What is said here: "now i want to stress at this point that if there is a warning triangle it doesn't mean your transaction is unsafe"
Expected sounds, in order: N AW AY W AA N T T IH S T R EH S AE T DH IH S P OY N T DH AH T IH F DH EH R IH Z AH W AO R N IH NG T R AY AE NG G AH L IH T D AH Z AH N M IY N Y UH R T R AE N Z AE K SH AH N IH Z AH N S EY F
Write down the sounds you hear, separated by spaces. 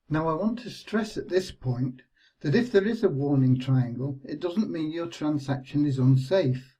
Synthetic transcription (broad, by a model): N AW AY W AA N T T IH S T R EH S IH T DH IH S P OY N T DH AH T IH F DH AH R IH Z AH W AO R N IH NG T R AY AE NG G AH L IH T D AH Z AH N M IY N Y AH R T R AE N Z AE K SH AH N IH Z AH N S EY F